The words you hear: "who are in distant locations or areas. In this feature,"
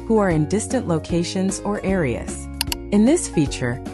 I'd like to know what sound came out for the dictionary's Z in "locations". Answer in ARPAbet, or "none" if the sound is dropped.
Z